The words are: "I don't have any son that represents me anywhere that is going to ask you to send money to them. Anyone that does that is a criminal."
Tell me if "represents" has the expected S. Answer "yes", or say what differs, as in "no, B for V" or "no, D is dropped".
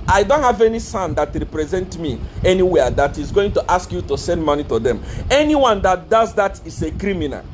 no, S is dropped